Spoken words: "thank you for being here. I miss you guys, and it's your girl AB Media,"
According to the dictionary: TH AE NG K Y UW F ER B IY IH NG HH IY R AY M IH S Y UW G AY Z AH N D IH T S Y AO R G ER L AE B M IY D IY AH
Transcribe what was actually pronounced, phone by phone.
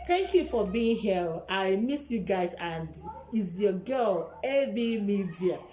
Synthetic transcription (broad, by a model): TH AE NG K Y UW F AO B IY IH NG HH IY L AY M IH S Y UW G AY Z AH N D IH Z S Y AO G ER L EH B M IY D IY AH